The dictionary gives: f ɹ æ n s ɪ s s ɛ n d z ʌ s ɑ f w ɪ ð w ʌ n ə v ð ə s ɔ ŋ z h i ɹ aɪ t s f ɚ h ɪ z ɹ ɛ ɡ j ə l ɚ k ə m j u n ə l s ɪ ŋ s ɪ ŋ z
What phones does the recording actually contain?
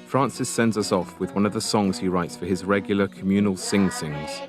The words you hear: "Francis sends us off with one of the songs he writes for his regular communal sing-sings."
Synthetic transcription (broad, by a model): f ɹ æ n s ɪ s s ɛ n d z ʌ s ɑ f w ɪ ð w ʌ n ə v ð ə s ɔ ŋ z h i ɹ aɪ t s f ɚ ɪ z ɹ ɛ ɡ j l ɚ k ə m j u n ə l s ɪ ŋ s ɪ ŋ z